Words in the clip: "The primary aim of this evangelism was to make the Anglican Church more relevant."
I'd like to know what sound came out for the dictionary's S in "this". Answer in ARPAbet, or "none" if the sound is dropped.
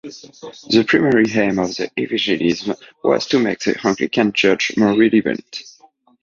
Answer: none